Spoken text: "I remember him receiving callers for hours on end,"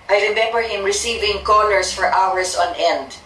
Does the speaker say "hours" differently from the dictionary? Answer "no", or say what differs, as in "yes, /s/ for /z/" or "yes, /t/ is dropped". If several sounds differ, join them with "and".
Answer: yes, /s/ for /z/